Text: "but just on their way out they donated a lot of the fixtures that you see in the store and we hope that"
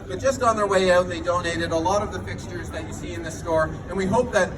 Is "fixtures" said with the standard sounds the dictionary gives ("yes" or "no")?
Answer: yes